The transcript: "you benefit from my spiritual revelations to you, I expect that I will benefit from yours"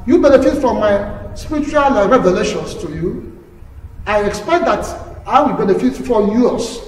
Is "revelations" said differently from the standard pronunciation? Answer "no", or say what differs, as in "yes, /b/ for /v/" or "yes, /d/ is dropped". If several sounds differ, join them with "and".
yes, /s/ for /z/